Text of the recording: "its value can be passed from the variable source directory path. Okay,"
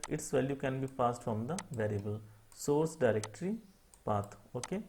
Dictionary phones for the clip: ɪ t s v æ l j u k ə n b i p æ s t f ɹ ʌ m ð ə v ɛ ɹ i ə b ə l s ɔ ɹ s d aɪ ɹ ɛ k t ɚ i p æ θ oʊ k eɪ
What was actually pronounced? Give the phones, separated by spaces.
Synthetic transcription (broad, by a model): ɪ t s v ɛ l j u k ə n b i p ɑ s t f ɹ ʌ m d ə v ɛ ɹ i ə b ə l s ɔ ɹ s d aɪ ɹ ɛ k t ɚ i p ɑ t oʊ k eɪ